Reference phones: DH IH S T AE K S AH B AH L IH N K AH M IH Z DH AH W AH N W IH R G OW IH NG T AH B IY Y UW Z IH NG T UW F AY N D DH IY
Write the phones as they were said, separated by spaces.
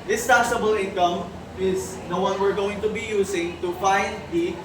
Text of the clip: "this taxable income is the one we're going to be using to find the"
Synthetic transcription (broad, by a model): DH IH S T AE S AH B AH L IH N K AH M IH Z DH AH W AH N W IH R G OW IH NG T AH B IY Y UW S IH NG T UW F AY N D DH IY